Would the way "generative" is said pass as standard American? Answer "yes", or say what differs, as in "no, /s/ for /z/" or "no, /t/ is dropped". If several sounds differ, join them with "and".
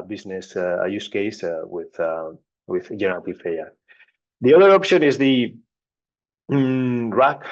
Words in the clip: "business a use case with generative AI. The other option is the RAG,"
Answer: no, /f/ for /v/